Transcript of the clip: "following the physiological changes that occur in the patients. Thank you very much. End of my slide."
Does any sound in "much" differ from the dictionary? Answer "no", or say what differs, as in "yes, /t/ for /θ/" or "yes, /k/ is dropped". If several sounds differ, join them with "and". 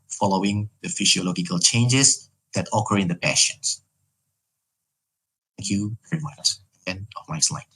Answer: yes, /s/ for /tʃ/